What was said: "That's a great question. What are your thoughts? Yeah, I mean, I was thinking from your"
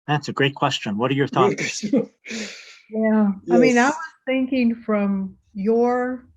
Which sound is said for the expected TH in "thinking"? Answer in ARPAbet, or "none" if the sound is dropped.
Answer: TH